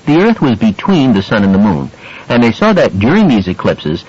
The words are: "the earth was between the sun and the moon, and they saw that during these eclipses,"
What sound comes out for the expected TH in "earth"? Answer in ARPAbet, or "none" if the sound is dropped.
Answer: TH